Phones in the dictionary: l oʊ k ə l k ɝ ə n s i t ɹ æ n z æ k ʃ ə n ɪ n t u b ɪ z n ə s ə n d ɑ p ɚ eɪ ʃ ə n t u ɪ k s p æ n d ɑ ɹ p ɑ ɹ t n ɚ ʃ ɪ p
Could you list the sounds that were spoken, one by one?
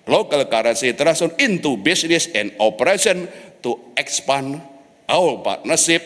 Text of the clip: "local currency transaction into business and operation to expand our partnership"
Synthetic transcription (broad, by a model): l oʊ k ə l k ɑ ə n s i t ɹ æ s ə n ɪ n t u b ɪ s n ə s ə n d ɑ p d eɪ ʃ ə n t u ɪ k s p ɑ n ɑ w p ɑ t n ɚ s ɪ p